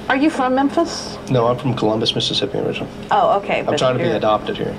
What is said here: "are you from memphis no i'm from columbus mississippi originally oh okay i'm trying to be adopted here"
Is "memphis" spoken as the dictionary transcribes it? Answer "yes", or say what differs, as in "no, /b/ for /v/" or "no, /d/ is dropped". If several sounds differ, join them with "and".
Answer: yes